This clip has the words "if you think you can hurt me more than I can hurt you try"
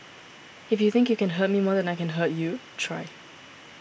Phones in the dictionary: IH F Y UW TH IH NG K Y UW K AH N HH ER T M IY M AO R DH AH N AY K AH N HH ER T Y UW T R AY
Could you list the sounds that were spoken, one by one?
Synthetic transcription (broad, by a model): IH F Y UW TH IH NG K Y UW K AH N HH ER T M IY M AO R DH AH N AY K AH N HH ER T Y UW T R AY